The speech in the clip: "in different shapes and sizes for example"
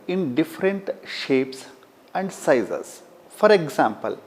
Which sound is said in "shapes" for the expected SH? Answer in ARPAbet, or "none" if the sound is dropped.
SH